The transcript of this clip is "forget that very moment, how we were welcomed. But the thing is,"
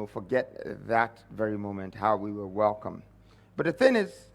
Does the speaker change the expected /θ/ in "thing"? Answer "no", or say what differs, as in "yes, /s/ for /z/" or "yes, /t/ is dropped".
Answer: no